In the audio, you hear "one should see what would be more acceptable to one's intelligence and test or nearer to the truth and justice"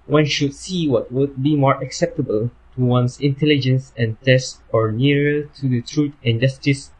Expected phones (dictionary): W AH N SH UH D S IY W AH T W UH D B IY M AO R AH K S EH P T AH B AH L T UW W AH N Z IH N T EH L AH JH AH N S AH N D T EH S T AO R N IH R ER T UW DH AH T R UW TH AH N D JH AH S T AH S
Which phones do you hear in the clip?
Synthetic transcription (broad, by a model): W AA N SH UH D S IY W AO T W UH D B IY M AO R AH K S EH P T AH B AH L T UW W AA N S IH N T EH L AH JH AH N S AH N T EH S T AO R N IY R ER T UW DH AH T R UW T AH N JH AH S T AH S